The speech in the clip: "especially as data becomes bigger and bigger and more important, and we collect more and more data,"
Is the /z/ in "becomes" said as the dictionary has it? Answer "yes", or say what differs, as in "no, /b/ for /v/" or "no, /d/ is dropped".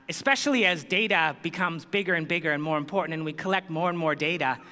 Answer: yes